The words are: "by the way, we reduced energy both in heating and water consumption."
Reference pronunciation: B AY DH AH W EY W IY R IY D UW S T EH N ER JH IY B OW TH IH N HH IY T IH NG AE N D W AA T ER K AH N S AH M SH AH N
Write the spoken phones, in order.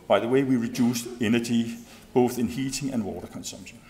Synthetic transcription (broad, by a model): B AY DH AH W EY W IY R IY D UW S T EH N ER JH IY B OW TH IH N HH IY T IH NG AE N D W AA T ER K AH N S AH M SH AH N